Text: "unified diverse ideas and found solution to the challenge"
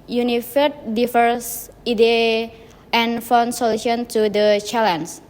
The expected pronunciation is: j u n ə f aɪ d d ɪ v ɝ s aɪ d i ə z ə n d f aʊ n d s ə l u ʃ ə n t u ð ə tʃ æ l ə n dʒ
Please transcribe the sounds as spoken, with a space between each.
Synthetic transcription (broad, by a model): j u n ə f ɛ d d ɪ f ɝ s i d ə ə n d f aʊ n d s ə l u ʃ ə n t u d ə tʃ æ l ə n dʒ